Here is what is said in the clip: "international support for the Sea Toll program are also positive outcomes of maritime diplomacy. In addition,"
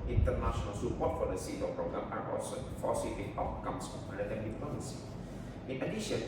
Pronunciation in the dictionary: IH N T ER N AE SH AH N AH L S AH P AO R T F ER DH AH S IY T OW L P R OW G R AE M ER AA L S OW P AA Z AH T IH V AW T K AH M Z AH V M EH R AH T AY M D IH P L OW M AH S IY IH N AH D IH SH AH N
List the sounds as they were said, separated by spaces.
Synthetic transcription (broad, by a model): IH N T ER N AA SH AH N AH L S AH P AO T F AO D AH S IY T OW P R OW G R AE M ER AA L S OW F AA S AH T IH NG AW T K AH M S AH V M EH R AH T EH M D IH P OW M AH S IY IH N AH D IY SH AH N